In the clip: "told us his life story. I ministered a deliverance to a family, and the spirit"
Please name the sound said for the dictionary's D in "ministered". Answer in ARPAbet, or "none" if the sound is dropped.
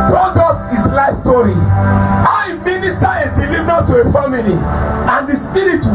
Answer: none